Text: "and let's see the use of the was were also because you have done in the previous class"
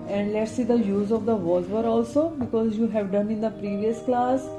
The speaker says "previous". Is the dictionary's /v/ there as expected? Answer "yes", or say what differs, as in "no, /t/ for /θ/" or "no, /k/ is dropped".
yes